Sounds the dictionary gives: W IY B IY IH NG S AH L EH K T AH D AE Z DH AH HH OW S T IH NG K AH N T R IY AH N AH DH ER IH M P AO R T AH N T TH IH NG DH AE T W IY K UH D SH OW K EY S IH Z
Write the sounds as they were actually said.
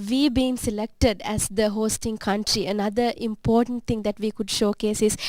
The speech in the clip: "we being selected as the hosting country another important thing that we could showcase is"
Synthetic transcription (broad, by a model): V IY B IY IH NG S AH L EH K T AH D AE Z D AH HH OW S T IH NG K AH N T R IY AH N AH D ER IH M P AO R T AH N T T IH NG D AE T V IY K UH D SH OW K EY S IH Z